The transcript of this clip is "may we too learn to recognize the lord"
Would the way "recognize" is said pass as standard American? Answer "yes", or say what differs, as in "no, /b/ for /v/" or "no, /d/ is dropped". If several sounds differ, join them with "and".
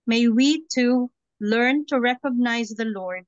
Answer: yes